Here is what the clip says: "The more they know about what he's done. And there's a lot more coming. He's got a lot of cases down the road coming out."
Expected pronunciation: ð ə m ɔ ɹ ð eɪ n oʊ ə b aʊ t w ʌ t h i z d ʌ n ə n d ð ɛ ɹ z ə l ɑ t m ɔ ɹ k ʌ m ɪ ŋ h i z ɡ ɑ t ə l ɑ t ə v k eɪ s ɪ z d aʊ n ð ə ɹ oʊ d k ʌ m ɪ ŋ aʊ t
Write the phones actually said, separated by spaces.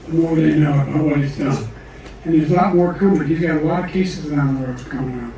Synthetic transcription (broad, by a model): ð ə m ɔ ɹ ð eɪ n oʊ ə b aʊ t w ʌ t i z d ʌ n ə n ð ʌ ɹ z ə l ɑ t m ɔ ɹ k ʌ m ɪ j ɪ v ɡ ɑ t ə l ɑ t ə v k eɪ s ɪ z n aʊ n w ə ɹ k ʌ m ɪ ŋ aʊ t